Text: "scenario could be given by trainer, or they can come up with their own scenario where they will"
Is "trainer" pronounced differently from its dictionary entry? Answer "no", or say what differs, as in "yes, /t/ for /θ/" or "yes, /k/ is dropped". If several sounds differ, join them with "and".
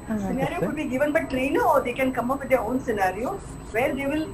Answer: yes, /l/ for /ɹ/